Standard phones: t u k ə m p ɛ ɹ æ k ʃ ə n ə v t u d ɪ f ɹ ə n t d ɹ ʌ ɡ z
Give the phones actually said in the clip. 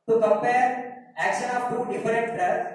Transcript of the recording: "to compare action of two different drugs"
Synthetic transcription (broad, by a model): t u k ə m p ɛ ɹ æ k ʃ ə n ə p t u d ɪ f ɹ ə n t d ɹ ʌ